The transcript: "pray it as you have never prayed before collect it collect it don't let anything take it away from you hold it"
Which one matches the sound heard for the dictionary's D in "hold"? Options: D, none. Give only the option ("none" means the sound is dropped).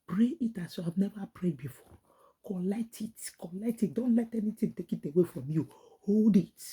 D